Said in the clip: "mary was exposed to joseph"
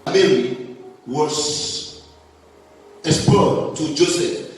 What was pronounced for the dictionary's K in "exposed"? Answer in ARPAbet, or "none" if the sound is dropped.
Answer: none